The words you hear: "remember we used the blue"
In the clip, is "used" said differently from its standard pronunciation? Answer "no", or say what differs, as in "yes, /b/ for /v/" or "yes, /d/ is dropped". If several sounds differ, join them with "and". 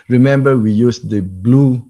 yes, /s/ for /z/